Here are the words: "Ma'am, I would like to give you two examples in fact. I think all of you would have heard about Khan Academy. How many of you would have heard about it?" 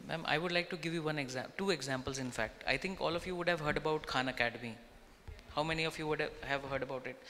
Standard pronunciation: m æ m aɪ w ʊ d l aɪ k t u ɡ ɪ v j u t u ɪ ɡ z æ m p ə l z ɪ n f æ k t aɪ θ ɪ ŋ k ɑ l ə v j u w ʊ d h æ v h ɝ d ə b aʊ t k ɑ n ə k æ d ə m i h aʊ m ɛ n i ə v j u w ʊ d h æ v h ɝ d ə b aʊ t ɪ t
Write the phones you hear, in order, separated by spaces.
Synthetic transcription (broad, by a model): m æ m aɪ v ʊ d l aɪ k t u ɡ ɪ v j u t u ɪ ɡ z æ m p ə l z ɪ n f æ k t aɪ t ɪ ŋ k ɑ l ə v j u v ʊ d h æ v h ɝ d ə b aʊ t k ɑ n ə k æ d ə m i h aʊ m ɛ n i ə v j u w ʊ d h æ v h ɝ d ə b aʊ t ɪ t